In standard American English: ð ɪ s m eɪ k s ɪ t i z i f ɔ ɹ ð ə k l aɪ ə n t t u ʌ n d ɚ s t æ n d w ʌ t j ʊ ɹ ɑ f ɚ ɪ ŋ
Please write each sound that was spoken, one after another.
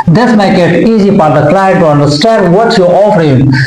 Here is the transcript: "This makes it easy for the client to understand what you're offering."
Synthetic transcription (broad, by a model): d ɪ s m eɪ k ɪ t i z i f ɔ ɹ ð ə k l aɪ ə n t t u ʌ n d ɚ s t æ n d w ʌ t j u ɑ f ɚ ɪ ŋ